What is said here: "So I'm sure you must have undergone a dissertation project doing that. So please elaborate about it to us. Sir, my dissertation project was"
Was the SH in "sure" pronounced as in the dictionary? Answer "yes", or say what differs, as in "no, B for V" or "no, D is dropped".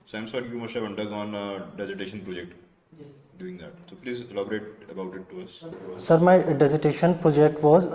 no, S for SH